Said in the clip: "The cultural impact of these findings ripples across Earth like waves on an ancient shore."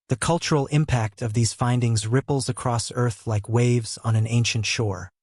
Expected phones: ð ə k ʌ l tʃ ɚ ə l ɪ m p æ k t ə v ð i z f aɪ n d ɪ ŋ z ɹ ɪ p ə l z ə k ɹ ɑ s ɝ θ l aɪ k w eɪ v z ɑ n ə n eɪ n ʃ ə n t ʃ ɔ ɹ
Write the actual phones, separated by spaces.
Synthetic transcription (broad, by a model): ð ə k ʌ l tʃ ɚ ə l ɪ m p æ k t ə v ð i z f aɪ n d ɪ ŋ z ɹ ɪ p l z ə k ɹ ɑ s ɝ θ l aɪ k w eɪ v z n ə n eɪ n ʃ ə n t ʃ ɔ ɹ